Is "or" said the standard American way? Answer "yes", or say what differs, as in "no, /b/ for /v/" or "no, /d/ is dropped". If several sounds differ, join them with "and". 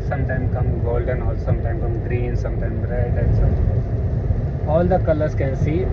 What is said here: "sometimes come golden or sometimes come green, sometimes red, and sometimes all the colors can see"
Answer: no, /l/ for /ɹ/